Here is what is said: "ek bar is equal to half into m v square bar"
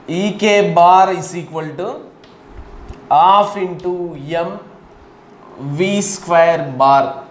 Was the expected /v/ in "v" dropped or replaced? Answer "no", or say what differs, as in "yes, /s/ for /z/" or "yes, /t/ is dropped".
no